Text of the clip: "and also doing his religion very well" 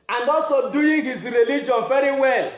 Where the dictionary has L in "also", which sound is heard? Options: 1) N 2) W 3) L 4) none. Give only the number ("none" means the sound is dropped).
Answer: 4